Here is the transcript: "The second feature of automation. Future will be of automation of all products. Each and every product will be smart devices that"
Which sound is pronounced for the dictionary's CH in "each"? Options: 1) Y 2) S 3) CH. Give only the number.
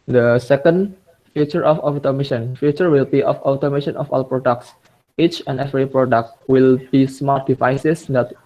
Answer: 3